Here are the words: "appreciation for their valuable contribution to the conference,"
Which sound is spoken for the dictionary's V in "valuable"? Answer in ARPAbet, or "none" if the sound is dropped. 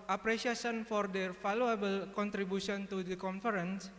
F